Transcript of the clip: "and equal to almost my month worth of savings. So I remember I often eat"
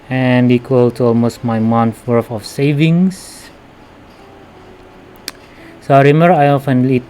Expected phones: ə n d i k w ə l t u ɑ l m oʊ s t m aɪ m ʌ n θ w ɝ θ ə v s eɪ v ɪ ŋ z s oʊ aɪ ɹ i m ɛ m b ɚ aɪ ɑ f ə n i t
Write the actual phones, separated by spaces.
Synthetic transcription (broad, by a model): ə n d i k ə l t u ɑ l m oʊ s t m aɪ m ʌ n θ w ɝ f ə f s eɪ v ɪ ŋ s s oʊ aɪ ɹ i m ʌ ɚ aɪ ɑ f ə n i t